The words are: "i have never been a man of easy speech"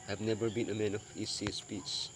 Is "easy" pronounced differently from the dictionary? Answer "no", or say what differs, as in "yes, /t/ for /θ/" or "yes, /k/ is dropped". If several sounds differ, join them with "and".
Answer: yes, /s/ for /z/